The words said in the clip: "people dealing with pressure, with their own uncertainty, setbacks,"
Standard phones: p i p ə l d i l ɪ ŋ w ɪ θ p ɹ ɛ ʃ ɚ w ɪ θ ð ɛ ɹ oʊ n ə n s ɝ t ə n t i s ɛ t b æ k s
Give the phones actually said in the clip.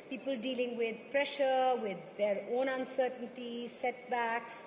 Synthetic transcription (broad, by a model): p i p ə l d i l ɪ ŋ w ɪ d p ɹ ɛ ʃ ɚ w ɪ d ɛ ɹ oʊ n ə n s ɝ t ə n t i s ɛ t b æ k s